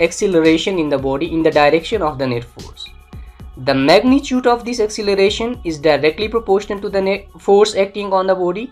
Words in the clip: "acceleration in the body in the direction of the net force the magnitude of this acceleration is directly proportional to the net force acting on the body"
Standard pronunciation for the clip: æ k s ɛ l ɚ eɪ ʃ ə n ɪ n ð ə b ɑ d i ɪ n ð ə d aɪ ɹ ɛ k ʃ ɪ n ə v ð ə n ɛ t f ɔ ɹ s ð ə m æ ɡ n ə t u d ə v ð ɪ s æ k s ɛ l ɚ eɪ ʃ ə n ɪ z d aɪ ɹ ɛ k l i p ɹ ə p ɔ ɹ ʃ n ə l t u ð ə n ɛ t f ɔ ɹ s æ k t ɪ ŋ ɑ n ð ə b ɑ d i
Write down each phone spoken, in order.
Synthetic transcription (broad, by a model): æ k s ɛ l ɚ eɪ ʃ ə n ɪ n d ə b ɑ d i ɪ n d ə d aɪ ɹ ɛ k ʃ ɪ n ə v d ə n ɛ t f ɔ ɹ s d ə m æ ɡ n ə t u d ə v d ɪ s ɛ k s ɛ l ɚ eɪ ʃ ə n ɪ z d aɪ ɹ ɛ k l i p ɹ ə p ɔ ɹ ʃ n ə n t u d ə n ɛ t f ɔ ɹ s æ k t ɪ ŋ ɑ n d ə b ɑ d i